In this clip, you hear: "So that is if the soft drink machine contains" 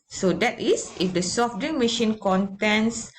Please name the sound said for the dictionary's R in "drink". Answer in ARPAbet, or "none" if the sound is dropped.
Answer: none